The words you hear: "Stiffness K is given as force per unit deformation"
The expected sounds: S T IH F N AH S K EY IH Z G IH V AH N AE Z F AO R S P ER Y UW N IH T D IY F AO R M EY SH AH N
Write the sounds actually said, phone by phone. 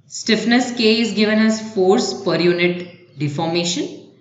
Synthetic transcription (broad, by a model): S T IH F N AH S K EY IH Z G IH V AH N AE Z F AO R S P ER Y UW N IH T D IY F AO R M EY SH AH N